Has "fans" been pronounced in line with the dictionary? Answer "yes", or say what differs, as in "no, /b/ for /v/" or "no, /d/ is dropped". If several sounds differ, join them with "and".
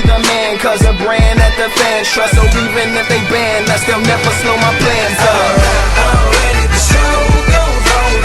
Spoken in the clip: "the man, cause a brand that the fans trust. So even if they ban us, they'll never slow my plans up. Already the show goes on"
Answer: no, /z/ is dropped